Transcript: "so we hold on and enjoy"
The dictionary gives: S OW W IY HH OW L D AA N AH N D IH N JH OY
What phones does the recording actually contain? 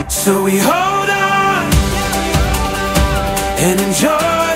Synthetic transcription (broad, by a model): S OW W IY HH OW L D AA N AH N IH N JH OY